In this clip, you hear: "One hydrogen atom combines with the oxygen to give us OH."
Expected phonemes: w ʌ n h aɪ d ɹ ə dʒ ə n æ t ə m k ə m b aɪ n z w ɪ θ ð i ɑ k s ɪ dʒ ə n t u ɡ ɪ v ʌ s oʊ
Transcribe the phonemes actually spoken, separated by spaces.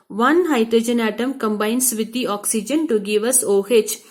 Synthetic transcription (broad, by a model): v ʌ n h aɪ d ɹ ə dʒ ə n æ t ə m k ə m b aɪ n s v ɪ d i ɑ k s ɪ dʒ ə n t u ɡ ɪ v ʌ s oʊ